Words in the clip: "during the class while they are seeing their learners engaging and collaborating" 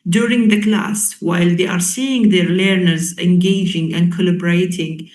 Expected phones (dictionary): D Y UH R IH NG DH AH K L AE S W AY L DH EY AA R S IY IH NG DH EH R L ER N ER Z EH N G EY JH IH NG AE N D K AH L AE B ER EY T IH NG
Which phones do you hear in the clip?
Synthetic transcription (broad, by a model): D Y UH R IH NG DH AH K L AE S W AY L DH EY AA R S IY IH NG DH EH R L ER N ER Z EH N G EY JH IH NG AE N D K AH L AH B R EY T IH NG